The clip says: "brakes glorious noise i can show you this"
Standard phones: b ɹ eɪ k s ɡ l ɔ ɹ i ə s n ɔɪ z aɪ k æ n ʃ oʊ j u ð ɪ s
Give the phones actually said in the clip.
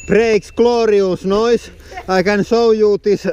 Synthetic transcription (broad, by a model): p ɹ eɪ k s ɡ l ɔ ɹ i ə s n ɔɪ s aɪ k æ n s oʊ j u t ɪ s